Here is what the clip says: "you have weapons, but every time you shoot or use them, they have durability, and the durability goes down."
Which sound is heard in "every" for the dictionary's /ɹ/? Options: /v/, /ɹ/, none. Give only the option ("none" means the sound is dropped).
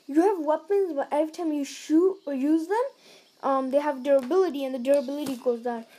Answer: none